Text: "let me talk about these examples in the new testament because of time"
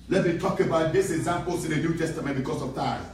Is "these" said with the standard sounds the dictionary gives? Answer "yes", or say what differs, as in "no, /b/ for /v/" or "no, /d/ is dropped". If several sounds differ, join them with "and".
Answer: no, /s/ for /z/